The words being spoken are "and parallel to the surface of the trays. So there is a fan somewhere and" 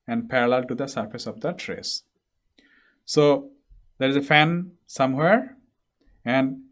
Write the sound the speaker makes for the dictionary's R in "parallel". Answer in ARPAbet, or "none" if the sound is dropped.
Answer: R